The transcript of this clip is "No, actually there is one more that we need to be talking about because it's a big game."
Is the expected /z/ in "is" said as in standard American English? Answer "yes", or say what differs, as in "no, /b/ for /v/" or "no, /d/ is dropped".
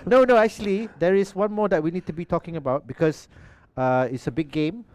no, /s/ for /z/